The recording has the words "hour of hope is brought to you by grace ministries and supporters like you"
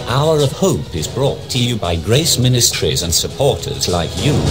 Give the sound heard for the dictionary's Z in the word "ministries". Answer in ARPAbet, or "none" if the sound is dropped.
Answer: Z